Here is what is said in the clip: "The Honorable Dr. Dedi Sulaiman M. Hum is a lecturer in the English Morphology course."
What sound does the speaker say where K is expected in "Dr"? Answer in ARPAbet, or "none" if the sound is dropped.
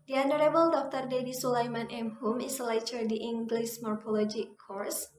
K